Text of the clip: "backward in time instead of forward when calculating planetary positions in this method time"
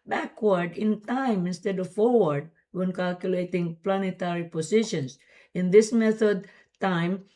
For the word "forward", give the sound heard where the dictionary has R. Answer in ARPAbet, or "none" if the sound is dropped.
R